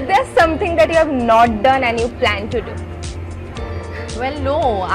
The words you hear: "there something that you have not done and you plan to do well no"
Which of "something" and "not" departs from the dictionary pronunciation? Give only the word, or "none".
something